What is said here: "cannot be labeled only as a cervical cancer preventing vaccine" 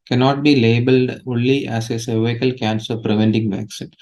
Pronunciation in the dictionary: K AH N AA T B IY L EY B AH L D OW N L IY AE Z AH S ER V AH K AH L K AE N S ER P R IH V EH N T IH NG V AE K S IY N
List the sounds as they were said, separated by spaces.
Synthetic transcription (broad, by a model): K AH N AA T B IY L EY B AH L D OW N L IY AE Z AH S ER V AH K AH L K AE N S ER P R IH V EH N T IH NG V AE K S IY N